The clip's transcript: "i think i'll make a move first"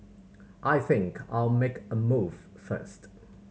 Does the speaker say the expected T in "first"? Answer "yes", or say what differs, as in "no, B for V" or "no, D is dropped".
yes